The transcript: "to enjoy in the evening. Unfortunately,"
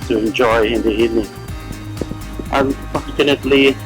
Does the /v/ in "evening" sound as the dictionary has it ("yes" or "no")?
no